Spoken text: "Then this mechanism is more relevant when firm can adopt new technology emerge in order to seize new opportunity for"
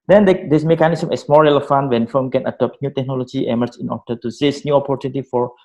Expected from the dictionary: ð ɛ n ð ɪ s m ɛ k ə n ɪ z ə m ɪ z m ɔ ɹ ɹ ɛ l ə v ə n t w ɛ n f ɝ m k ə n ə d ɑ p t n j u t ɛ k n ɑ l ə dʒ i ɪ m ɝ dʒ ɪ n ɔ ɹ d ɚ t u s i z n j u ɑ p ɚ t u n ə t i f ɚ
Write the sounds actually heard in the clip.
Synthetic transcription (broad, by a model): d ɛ n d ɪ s m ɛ k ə n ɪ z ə m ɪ s m ɔ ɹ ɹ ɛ l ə f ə n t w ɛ n f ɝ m k ə n ə d ɑ p t n j u t ɛ k n ɑ l ə dʒ i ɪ m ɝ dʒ ɪ n ɔ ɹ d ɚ t u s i s n j u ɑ p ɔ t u n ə t i f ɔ